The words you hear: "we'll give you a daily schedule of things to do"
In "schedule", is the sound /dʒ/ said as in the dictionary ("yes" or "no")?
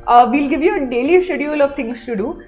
no